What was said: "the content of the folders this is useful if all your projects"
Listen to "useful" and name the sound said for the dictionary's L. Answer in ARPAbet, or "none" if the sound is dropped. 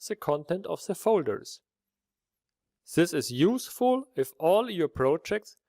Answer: L